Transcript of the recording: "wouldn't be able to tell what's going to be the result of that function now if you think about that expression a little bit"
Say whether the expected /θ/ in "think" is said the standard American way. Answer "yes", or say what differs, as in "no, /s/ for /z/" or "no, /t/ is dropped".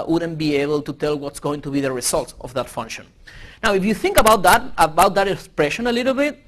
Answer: yes